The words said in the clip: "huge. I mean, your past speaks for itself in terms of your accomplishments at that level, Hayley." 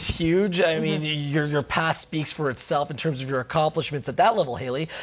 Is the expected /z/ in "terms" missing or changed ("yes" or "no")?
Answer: no